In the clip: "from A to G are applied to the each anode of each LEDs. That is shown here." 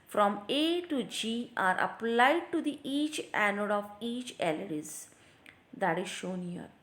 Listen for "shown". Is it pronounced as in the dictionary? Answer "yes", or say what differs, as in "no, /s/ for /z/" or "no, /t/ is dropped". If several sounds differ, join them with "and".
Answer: yes